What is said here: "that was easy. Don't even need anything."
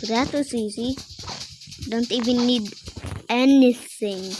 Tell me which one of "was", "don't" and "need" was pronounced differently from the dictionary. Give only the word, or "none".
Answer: was